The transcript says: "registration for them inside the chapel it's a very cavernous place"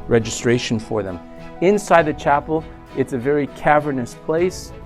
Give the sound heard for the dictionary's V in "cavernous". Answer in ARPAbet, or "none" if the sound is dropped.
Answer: V